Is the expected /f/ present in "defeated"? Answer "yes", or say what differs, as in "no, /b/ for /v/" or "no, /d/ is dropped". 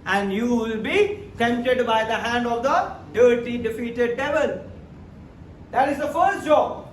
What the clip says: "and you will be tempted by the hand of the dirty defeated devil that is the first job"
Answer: yes